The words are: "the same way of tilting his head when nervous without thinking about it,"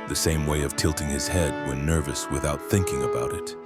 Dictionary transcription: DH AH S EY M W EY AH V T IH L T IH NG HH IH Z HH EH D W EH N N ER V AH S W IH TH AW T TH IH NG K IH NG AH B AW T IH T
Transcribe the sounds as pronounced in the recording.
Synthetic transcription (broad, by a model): DH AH S EY M W EY AH V T IH L T IH NG IH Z HH EH D W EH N N ER V AH S W IH TH AW T TH IH NG K IH NG AH B AW T IH T